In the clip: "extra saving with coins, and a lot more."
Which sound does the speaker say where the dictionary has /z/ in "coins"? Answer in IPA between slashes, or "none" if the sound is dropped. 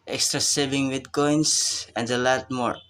/s/